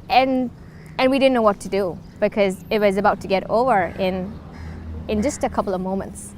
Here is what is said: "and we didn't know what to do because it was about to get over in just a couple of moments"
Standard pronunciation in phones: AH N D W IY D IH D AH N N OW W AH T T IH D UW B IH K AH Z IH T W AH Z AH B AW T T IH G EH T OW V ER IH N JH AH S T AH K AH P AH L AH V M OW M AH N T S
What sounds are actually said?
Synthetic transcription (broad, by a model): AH N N W IY D IH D N N OW W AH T T IH D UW B IH K AH Z IH T W AH Z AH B AW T T IH G EH T OW V ER IH N JH AH S T AH K AH P L AH V M OW M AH N T S